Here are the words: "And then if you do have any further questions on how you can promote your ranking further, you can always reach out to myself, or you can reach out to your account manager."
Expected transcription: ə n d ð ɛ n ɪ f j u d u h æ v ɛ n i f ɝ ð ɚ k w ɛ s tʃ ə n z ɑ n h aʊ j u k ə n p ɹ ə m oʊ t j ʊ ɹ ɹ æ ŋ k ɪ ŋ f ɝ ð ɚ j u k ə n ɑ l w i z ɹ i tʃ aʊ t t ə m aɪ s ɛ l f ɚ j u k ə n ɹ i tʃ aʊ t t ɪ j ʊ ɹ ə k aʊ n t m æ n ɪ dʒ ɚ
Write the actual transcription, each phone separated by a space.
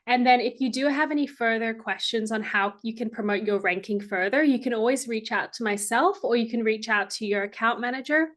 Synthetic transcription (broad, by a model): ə n ð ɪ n ɪ f j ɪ d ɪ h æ v ɛ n i f ɝ ð ɚ k w ɛ s tʃ ə n z n h aʊ j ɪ k ə n p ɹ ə m oʊ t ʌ ɹ ɹ æ ŋ k ɪ ŋ f ɝ ð ɚ j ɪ k ə n ɑ l w i z ɹ i tʃ aʊ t t ə m aɪ s ɛ l f ɚ j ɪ k ə n ɹ i tʃ aʊ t t ɪ j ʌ ɹ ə k aʊ n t m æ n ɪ dʒ ɚ